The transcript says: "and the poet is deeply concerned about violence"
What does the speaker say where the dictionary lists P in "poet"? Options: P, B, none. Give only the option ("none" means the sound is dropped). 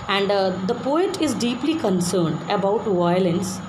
P